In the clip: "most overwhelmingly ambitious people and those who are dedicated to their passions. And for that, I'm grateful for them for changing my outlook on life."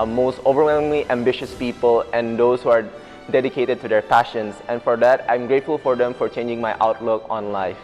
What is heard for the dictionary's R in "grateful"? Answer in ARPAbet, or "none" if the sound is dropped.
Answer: R